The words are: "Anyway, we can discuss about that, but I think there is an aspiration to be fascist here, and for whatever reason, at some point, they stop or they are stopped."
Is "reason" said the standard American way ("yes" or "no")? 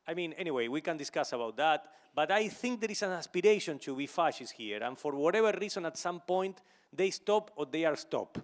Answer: no